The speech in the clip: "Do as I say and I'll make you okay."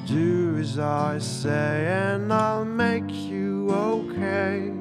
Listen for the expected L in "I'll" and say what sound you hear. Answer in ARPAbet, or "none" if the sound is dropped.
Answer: L